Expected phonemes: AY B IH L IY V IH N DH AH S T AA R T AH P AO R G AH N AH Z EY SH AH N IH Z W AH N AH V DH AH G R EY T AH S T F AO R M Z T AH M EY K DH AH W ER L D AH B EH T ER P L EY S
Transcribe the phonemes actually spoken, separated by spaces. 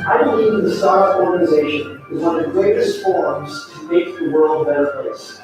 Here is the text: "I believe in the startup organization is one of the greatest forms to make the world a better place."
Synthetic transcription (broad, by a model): AY B IH L IY V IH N DH AH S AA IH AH AO R G AH N AH Z EY SH AH N IH Z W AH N DH AH G R EY T AH S T F AO R M Z T AH M EY K DH AH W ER L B AH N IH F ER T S